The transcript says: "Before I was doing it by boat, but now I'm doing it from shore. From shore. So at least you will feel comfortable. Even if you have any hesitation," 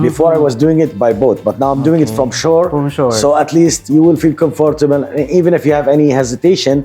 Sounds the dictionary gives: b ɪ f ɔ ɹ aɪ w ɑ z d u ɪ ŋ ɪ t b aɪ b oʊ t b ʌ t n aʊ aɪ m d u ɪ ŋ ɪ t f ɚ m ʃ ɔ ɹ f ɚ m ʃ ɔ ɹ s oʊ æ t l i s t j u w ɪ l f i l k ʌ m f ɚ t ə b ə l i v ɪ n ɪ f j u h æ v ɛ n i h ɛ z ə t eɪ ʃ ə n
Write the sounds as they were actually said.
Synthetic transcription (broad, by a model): b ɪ f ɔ ɹ aɪ w ɑ z d u ɪ ŋ ɪ t b aɪ b oʊ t b ʌ t n aʊ aɪ m d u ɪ ŋ ɪ t f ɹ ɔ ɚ m ʃ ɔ ɹ s oʊ æ t l i s t j u w ɪ l f i l k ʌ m f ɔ t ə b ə l i v ɪ n ɪ f j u h æ v ɛ n i h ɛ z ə t eɪ ʃ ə n